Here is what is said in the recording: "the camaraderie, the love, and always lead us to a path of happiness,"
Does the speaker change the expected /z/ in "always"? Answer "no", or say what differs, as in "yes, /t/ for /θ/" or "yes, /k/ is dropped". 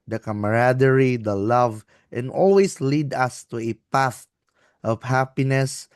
yes, /s/ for /z/